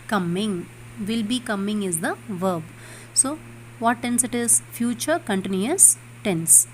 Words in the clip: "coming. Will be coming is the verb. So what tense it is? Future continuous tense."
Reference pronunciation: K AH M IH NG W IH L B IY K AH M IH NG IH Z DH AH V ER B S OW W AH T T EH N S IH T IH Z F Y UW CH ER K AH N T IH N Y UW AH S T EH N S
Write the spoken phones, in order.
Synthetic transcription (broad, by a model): K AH M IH NG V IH L B IY K AH M IH NG IH Z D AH V ER B S OW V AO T T EH N S IH T IH Z F Y UW CH ER K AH N T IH N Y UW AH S T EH N S